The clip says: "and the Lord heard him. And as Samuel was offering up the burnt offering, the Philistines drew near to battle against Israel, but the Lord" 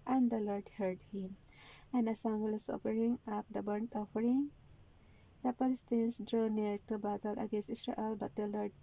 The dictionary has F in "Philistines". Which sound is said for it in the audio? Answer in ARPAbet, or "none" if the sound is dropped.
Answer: P